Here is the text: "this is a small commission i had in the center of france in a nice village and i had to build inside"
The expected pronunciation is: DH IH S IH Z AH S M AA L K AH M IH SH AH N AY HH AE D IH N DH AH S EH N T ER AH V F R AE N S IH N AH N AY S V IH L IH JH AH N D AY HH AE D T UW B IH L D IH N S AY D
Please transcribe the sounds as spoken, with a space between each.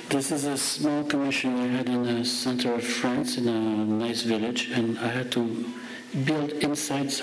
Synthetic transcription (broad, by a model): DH IH S IH Z AH S M AA L K AH M IH SH AH N AY HH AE D IH N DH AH S EH N T ER AH V F R AE N S IH N AH N AY S V IH L IH JH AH N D AY HH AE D T UW B IH L D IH N S AY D